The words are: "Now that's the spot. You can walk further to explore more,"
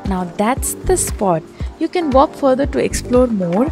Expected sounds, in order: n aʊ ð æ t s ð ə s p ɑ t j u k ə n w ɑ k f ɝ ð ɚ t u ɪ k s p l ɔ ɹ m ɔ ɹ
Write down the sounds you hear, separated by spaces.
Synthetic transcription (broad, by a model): n aʊ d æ t s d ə s p ɑ t j u k ə n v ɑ k f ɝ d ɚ t u ɪ k s p l ɔ ɹ m ɔ ɹ